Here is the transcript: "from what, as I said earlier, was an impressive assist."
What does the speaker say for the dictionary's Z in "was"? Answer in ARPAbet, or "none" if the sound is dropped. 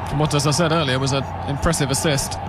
Z